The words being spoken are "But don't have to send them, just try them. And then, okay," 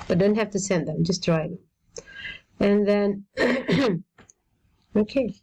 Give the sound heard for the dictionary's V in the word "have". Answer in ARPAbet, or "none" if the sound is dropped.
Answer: F